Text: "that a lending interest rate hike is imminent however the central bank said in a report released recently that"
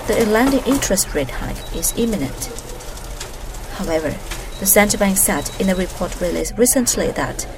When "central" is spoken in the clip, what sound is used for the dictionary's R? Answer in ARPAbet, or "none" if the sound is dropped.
none